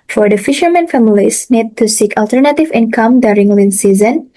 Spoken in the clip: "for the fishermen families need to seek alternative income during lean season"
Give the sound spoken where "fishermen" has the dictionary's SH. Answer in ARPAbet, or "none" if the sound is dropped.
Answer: SH